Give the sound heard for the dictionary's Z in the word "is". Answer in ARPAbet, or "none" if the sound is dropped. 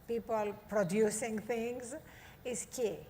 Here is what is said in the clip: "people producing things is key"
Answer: S